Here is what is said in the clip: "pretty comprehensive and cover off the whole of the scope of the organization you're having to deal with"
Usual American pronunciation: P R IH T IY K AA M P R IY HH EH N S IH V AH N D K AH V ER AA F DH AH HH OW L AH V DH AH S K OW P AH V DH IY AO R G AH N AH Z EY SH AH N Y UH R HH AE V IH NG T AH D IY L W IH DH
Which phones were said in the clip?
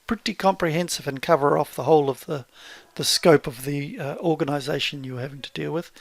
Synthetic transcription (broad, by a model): P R IH T IY K AA M P R IY HH EH N S IH V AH N K AH V ER AA F DH AH HH OW L AH V DH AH S K OW P AH V DH IY AO R G AH N AH Z EY SH AH N Y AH R HH AE V IH NG T AH D IY L W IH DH